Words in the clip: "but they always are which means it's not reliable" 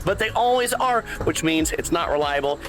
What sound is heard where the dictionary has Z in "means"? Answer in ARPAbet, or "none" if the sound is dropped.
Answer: Z